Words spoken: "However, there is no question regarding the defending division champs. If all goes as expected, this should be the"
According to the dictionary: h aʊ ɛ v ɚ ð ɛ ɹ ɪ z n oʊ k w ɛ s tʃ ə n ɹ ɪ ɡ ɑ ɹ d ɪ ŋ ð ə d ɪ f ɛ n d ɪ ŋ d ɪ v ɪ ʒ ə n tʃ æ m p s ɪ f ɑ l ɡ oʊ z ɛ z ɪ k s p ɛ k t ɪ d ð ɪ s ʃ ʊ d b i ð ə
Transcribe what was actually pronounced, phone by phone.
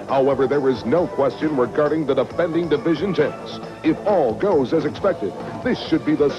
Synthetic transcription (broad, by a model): h aʊ ɛ v ɚ ð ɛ ɹ ɪ z n oʊ k w ɛ s tʃ ə n ɹ ɪ ɡ ɑ ɹ d ɪ ŋ ð ə d ɪ f ɛ n d ɪ ŋ d ɪ v ɪ ʒ ə n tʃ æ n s ɪ f ɑ l ɡ oʊ z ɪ z ɪ k s p ɛ k t ɪ d ð ɪ s ʃ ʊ d b i ð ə